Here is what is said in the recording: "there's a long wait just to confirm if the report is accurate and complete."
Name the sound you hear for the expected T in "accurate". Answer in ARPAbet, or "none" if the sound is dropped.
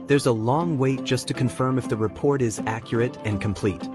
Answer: T